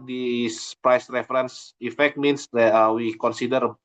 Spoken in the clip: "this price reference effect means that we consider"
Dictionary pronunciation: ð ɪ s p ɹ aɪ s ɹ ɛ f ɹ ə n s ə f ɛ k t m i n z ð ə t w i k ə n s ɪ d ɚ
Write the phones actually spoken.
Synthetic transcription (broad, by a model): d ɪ s p ɹ aɪ s ɹ ɛ f ɹ ə n s ə f ɛ k t m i n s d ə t w i k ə n s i d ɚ